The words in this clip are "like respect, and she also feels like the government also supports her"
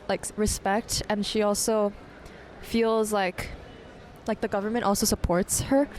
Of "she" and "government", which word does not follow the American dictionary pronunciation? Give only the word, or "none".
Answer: none